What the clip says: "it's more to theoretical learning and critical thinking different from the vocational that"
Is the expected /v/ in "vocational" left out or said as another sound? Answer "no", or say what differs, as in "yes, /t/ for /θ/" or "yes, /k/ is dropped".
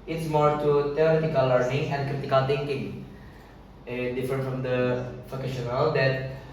yes, /f/ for /v/